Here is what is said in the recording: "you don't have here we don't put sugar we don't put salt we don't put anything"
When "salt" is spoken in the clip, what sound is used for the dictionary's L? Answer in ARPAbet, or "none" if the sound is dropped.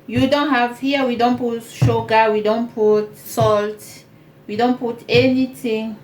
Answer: L